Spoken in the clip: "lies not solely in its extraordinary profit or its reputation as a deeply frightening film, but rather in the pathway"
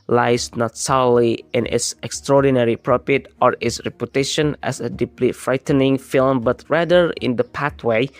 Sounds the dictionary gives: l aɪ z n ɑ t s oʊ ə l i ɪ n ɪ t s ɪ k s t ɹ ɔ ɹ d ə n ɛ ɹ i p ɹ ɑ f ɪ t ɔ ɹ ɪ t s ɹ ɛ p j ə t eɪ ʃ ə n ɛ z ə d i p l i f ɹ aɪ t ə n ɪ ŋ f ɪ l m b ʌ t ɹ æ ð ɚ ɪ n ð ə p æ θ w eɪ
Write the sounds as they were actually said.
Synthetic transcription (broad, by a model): l aɪ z n ɑ t s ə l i ɪ n ɪ t s ɪ k s t ɹ ɔ ɹ d ə n ɛ ɹ i p ɹ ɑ p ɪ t ɔ ɹ ɪ t s ɹ ɛ p j ə t eɪ ʃ ə n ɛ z ə d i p l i f ɹ aɪ t ə n ɪ ŋ f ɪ l m b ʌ t ɹ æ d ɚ ɪ n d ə p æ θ w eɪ